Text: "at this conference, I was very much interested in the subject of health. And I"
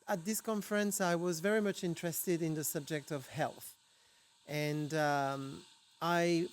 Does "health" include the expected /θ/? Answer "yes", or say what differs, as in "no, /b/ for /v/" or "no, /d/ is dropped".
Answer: yes